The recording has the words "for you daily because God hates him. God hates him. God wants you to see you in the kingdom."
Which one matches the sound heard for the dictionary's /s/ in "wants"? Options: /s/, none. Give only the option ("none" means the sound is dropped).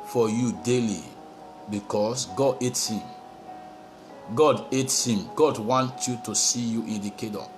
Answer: none